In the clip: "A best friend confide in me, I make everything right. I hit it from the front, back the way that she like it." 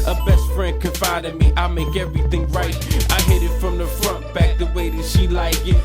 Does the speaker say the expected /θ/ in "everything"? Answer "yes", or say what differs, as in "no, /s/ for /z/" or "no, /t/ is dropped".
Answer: yes